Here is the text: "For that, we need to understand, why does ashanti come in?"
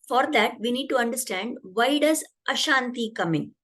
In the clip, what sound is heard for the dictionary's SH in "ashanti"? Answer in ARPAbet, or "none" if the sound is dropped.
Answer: SH